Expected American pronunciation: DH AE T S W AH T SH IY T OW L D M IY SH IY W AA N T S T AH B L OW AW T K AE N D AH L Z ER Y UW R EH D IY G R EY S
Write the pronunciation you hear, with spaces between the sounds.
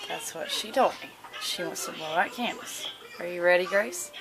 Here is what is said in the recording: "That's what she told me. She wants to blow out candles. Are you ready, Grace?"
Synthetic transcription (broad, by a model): DH AE T S W AH T SH IY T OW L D M IY SH IY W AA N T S T AH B OW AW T K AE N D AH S ER Y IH R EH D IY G R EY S